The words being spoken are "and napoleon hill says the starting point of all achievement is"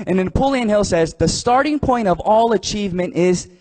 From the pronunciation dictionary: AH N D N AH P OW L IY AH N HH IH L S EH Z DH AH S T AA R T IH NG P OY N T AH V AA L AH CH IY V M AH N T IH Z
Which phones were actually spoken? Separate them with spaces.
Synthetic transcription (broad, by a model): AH N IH N AH P OW L IY AH N HH IH L S EH Z DH AH S T AA R T IH NG P OY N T AH V AA L AH CH IY V M AH N T IH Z